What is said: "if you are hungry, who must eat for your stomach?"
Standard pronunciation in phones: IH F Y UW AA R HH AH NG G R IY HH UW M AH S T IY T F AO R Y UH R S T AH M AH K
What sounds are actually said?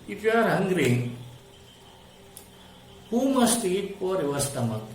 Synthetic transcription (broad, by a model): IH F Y AA R HH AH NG G R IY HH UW M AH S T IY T P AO R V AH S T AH M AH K